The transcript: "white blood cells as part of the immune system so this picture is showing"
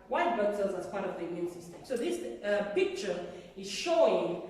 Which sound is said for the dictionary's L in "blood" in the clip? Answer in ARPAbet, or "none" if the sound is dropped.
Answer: none